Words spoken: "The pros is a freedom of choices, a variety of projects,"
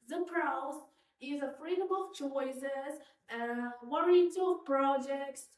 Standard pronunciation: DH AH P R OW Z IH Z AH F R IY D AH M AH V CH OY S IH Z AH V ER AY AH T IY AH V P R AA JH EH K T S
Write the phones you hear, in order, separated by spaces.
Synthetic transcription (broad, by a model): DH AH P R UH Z IH Z AH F R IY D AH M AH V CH OY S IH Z AH W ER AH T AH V P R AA JH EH K T S